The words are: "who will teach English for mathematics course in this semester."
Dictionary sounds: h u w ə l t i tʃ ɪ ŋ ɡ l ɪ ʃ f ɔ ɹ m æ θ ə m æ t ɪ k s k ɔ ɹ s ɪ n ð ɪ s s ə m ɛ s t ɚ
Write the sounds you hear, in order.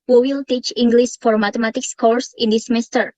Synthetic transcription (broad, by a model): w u w ə l t i tʃ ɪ ŋ ɡ l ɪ s f ɔ ɹ m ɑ t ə m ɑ t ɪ k s k ɔ ɹ s ɪ n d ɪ s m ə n s t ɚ